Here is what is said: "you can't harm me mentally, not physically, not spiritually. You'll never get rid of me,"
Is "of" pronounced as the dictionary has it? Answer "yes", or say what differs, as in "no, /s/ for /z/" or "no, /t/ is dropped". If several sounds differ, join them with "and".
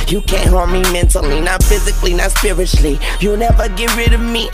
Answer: yes